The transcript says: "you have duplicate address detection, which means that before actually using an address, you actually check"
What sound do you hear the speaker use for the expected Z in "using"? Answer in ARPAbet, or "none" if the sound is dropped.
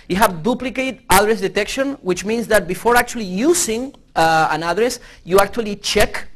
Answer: S